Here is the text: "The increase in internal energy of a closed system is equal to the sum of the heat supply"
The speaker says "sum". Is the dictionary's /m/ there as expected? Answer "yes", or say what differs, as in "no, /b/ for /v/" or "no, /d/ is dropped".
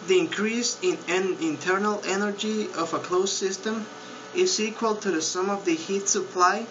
yes